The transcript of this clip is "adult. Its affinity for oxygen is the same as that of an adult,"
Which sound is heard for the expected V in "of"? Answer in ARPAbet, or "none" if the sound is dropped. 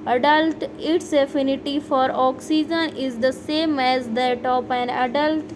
P